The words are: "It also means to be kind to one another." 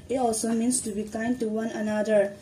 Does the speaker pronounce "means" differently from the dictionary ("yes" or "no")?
yes